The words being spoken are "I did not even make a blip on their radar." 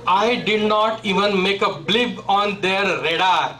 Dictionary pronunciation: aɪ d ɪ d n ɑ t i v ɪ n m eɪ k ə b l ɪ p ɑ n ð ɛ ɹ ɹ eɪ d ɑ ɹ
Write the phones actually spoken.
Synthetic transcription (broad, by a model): aɪ d ɪ d n ɑ t i v ɪ n m eɪ k ə b l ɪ b ɑ n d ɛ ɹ ɹ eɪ d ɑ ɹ